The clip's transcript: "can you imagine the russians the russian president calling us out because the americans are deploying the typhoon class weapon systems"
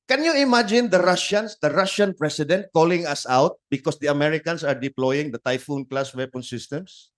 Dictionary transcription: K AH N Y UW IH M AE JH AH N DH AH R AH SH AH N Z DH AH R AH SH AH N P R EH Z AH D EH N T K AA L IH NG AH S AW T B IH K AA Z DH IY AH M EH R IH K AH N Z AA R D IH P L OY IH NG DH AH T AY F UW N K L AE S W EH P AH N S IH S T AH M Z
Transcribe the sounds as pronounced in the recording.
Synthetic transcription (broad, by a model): K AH N Y UW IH M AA JH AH N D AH R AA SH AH N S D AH R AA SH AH N P R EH S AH D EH N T K AA L IH NG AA S AW T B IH K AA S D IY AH M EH R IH K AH N S AA R D IH P L OY IH NG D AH T AY F UW N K L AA S W EH P AH N S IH S T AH M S